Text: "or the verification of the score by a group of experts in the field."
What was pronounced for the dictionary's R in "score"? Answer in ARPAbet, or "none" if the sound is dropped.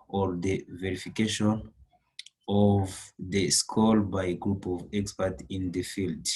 L